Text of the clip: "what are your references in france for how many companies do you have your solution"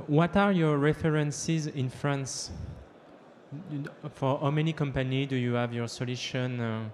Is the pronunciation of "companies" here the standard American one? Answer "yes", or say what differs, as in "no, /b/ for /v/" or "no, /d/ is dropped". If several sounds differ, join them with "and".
no, /z/ is dropped